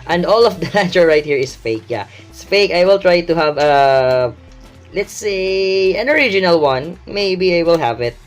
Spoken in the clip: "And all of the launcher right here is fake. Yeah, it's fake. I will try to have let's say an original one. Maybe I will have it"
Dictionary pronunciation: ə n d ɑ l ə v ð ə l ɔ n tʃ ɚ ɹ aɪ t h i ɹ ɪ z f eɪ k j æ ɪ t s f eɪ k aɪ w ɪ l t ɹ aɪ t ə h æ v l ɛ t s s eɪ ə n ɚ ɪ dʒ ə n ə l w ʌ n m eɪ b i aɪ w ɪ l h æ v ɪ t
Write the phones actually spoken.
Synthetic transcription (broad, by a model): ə n d ɑ l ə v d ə n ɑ tʃ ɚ ɹ aɪ t h i ɹ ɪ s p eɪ k j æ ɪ s p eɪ k aɪ w ɪ l t ɹ aɪ t ə h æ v l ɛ t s s eɪ ə n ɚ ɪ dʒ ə n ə l w ʌ n m eɪ b i aɪ w ɪ l h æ v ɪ t